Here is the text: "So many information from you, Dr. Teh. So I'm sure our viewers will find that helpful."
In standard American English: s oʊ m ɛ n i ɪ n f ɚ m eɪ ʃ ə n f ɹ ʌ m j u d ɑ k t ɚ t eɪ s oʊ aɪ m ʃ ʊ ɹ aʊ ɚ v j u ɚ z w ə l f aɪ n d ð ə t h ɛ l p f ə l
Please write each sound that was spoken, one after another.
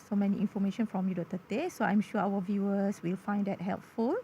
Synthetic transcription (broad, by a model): s oʊ m ɛ n i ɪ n f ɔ m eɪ ʃ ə n f ɹ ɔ m j u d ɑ t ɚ t eɪ s oʊ aɪ m ʃ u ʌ aʊ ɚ v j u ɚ s w ə l f aɪ n d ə t h ɛ l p f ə l